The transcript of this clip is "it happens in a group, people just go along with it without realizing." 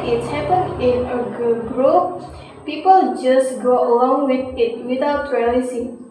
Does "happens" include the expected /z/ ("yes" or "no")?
no